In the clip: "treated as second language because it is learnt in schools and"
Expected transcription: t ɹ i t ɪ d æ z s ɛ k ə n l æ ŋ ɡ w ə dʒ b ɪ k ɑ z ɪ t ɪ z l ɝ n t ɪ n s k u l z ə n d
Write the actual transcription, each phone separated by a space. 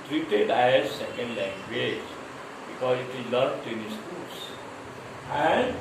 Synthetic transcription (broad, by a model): t ɹ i t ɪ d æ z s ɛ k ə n l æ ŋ ɡ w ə dʒ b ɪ k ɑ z ɪ t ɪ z l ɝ t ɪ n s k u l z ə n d